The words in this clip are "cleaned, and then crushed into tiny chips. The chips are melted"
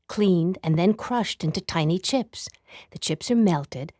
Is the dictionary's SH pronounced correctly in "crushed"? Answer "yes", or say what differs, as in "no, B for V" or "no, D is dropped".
yes